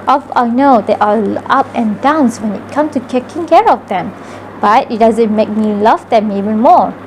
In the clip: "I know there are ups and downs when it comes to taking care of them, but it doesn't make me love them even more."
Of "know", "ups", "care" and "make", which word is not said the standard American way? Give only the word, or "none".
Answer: ups